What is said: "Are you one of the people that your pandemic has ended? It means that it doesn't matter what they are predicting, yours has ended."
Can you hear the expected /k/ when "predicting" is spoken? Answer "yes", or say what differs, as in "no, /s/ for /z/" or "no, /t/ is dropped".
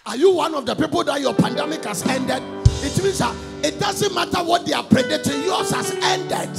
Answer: no, /k/ is dropped